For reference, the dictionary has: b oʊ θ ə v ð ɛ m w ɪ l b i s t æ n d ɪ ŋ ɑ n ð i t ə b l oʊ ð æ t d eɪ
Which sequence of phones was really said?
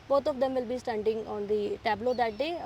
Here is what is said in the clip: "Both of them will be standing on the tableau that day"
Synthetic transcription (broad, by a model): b oʊ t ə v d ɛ m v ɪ l b i s t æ n d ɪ ŋ ɑ n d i t ə b l oʊ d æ t d eɪ